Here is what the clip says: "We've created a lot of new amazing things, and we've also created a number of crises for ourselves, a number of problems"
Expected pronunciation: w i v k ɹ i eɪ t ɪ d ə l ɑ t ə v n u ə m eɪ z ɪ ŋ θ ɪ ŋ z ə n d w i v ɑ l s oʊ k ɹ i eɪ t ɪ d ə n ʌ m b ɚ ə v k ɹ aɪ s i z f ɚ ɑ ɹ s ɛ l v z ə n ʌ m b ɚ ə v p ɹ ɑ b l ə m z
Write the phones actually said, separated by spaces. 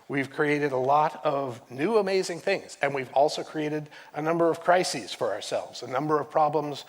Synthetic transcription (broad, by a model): w i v k ɹ i eɪ t ɪ d ə l ɑ t ə v n u ə m eɪ z ɪ ŋ θ ɪ ŋ z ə n w i v ɑ l s oʊ k ɹ i eɪ t ɪ d ə n ʌ m b ɚ ə v k ɹ aɪ s i z f ɚ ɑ ɹ s ɛ l v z ə n ʌ m b ɚ ə v p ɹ ɑ b l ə m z